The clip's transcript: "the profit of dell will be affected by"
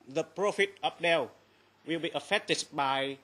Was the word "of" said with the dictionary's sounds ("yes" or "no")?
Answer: no